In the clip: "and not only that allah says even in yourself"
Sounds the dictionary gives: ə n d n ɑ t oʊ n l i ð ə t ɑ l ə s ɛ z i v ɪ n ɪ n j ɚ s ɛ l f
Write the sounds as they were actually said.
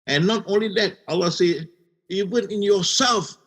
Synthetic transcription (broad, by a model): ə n n ɑ t oʊ n l i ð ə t ɑ l ə s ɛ i v ɪ n ɪ n j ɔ s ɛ l f